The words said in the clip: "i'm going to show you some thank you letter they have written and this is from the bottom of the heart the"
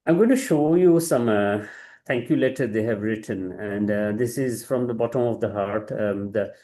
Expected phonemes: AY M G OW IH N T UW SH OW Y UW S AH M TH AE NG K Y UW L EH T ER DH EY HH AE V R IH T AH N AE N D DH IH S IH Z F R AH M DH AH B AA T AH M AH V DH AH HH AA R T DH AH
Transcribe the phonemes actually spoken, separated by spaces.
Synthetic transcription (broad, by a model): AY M G OW IH N T UW SH OW Y UW S AH M T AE NG K Y UW L EH T ER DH EY HH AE V R IH T AH N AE N D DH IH S IH Z F R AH M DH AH B AA T AH M AH V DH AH HH AA R T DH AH